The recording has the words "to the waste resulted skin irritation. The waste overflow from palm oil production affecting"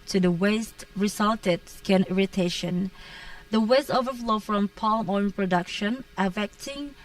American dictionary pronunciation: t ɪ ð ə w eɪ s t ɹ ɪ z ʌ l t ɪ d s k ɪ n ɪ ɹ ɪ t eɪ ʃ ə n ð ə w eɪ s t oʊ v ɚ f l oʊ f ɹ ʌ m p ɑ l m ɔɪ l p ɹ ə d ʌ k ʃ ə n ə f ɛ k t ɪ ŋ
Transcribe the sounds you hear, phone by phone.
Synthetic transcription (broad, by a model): t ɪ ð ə w eɪ s t ɹ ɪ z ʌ l t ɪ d s k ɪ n ɪ ɹ ɪ t eɪ ʃ ə n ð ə w eɪ s t oʊ v ɚ f l oʊ f ɹ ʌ m p ɑ l m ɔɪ n p ɹ ə d ʌ k ʃ ə n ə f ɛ k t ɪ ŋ